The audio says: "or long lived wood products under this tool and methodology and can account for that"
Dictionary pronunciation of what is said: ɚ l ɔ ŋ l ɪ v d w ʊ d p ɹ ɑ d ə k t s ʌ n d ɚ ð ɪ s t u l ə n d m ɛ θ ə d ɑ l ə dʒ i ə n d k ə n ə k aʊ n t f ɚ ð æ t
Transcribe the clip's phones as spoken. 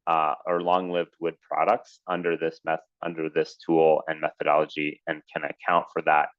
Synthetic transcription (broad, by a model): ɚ l ɔ ŋ l ɪ v d w ʊ d p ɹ ɑ d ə k t s ʌ n d ɚ ð ɪ s t u l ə n m ɛ θ ə d ɑ l ə dʒ i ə n k ə n ə k aʊ n t f ɚ ð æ t